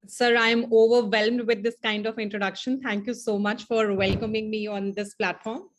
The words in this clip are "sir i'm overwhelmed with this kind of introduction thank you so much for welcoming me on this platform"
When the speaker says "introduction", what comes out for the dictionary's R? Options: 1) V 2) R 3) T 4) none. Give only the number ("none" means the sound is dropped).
2